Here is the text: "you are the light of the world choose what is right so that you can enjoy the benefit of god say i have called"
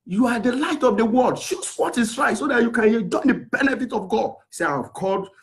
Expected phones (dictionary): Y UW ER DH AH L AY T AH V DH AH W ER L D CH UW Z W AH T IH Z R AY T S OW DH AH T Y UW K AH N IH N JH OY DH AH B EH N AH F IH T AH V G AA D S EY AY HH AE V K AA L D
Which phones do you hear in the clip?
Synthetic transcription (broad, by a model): Y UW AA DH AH L AY T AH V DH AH W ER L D SH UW S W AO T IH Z R AY T S OW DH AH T Y UW K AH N N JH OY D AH B EH N AH F IH T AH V G AA D S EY AY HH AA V K AA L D